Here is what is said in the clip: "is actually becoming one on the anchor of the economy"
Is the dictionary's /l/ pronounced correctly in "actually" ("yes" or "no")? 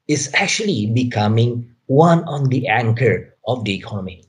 yes